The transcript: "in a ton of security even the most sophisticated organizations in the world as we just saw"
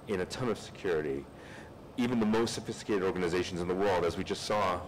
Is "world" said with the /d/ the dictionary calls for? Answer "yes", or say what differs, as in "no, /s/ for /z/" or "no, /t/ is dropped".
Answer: yes